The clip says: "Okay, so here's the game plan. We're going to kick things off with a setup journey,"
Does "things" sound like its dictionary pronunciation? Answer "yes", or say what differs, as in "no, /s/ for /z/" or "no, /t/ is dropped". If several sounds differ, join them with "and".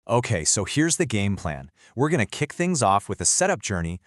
yes